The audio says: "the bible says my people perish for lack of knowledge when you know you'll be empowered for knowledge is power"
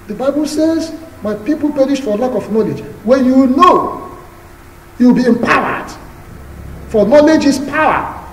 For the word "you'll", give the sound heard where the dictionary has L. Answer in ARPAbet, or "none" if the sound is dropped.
W